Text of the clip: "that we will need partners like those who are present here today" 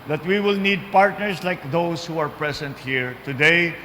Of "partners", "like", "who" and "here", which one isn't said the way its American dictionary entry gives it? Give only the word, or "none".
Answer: partners